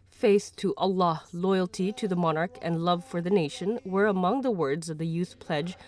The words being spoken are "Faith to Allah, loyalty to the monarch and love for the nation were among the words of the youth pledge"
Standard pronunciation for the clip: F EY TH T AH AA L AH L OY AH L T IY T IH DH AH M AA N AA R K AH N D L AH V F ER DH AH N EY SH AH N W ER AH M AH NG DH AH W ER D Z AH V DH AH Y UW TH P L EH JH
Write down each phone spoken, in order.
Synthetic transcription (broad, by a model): F EY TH T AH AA L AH L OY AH L T IY T IH DH AH M AA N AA R K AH N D L AH V F ER DH AH N EY SH AH N W ER AH M AH NG DH AH W ER D Z AH V DH AH Y UW TH P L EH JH